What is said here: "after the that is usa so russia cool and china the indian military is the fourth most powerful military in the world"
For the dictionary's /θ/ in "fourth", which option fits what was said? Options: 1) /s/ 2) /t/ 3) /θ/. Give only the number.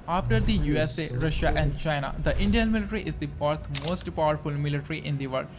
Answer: 2